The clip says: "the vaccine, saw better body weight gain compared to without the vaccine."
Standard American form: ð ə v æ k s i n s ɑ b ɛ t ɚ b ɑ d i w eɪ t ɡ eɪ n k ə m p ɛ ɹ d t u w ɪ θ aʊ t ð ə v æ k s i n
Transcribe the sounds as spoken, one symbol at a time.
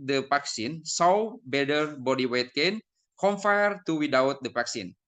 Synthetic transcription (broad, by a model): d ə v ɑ k s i n s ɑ b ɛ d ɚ b ɑ d i w eɪ t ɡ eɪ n k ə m f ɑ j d t u w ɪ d aʊ t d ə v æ k s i n